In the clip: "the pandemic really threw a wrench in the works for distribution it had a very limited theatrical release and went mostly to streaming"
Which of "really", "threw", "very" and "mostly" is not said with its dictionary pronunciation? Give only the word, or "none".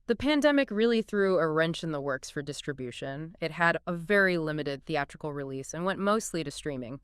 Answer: none